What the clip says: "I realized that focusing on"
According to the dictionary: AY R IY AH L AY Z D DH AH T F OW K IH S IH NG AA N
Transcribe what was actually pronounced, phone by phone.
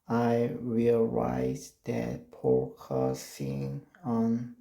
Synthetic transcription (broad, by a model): AY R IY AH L AY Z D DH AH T P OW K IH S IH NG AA N